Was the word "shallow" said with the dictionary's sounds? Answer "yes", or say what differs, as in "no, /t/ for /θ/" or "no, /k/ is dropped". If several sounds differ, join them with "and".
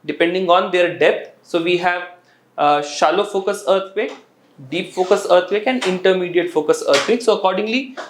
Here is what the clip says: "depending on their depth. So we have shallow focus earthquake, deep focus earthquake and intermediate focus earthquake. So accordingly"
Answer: yes